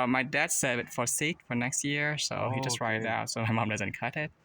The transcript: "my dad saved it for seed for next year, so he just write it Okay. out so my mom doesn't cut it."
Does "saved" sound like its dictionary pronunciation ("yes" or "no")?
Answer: no